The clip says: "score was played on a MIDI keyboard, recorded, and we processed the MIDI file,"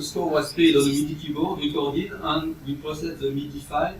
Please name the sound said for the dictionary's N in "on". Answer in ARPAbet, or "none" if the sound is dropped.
L